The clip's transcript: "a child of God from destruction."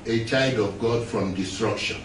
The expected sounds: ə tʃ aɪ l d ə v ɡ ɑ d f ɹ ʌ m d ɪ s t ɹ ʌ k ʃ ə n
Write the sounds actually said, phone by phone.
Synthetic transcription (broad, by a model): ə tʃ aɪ d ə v ɡ ɑ d f ɹ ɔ m d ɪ s t ɹ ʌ k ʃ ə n